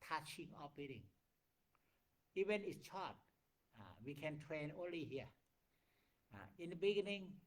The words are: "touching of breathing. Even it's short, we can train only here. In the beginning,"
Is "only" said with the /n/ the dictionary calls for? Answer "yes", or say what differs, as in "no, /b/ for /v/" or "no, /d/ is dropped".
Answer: yes